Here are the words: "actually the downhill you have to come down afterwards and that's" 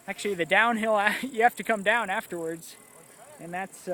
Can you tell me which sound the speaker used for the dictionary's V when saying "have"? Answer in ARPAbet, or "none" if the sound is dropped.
F